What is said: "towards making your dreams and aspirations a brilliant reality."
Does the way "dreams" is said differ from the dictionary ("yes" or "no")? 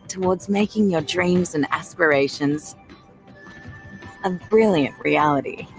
no